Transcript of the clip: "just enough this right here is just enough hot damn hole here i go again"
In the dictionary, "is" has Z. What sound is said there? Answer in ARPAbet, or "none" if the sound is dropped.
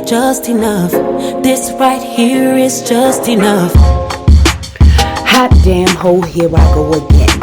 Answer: Z